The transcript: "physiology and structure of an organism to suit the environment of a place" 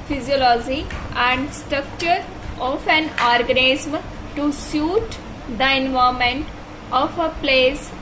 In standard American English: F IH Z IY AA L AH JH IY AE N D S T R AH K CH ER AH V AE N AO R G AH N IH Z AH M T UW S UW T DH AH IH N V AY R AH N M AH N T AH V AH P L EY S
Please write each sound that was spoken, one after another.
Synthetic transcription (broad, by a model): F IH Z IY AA L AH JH IY AE N D S T R AH K CH ER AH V AE N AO R G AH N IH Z M T UW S UW T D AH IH N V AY AH M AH N T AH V AH P L EY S